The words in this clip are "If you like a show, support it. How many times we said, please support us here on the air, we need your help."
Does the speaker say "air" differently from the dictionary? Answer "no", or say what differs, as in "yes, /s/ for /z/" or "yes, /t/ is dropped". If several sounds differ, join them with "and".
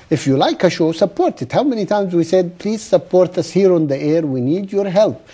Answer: no